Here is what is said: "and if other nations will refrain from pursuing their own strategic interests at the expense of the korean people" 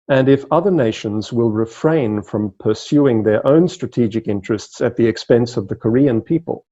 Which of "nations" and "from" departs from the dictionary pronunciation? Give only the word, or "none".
none